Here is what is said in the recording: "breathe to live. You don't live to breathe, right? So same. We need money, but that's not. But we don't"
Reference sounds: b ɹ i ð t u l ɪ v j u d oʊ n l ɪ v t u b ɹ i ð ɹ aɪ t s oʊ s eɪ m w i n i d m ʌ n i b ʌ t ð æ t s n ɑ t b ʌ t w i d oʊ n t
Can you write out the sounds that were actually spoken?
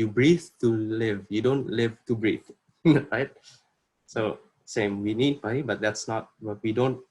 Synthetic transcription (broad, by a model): b ɹ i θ t u l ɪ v j u d oʊ n l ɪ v t u b ɹ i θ ɹ aɪ t s oʊ s eɪ m w i n i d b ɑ i b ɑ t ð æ t s n ɑ t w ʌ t w i d oʊ n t